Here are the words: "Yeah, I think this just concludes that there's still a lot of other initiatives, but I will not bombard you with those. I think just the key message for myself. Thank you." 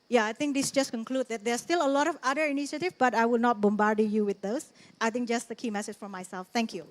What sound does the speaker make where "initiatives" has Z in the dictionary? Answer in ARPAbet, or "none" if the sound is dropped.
none